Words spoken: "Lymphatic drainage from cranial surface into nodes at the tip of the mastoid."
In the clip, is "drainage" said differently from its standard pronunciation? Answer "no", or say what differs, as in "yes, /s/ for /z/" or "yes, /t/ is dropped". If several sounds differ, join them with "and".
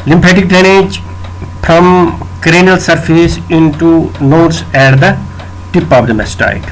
yes, /ɹ/ is dropped